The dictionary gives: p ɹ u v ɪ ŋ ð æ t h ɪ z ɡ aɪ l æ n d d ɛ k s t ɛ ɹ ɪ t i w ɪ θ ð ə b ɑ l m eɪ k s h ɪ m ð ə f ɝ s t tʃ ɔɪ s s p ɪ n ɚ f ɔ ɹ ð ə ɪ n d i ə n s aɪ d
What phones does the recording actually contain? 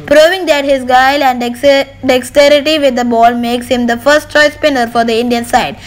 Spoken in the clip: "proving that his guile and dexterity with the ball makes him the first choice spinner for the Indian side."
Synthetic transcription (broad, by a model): p ɹ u v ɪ ŋ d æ t h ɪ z ɡ aɪ l æ n d d ɛ k s t ɛ ɹ ɪ t i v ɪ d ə b ɑ l m eɪ k s h ɪ m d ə f ɝ s t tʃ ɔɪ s s p ɪ n ɚ f ɔ ɹ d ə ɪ n d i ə n s aɪ d